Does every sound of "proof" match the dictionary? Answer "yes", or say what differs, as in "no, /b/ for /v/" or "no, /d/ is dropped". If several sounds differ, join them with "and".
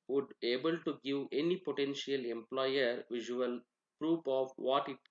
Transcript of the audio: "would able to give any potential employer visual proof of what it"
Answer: no, /p/ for /f/